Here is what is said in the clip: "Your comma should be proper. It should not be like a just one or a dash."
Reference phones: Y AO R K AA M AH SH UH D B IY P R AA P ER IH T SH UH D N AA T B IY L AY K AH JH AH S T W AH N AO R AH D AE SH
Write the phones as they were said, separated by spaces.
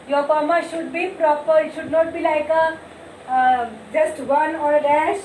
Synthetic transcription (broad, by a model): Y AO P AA M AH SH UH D B IY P R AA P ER IH T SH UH D N AA T B IY L AY K AH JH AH S T W AH N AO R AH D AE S